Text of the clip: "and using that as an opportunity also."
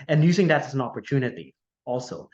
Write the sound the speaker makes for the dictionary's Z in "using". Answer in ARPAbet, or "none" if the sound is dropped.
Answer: Z